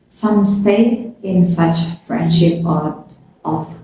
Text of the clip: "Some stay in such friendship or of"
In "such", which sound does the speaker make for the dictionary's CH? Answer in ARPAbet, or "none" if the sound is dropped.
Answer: CH